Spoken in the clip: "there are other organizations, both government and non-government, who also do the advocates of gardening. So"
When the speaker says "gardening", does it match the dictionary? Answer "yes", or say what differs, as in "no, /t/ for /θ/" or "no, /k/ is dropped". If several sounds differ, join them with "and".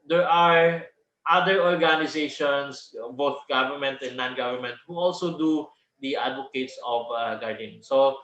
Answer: no, /n/ is dropped